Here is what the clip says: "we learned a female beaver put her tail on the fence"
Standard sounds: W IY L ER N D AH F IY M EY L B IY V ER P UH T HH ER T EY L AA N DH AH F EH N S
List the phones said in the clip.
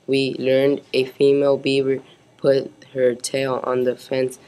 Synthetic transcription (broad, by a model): W IY L ER N D AH F IY M EY L B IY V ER P UH T HH ER T EY L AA N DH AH F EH N S